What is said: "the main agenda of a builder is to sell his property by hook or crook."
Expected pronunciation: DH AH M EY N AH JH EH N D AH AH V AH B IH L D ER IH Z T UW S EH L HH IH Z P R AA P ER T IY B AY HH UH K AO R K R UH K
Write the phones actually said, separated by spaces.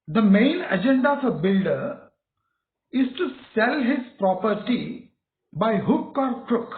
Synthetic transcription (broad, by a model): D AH M EY N AH JH EH N D AH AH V AH B IH L D ER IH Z T UW S EH L HH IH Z P R AA P ER T IY B AY HH UH K AO R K R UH K